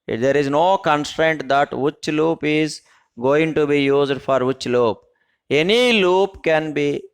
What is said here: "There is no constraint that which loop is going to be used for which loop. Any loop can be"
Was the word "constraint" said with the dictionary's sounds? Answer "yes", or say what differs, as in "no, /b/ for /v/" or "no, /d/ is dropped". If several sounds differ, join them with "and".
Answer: yes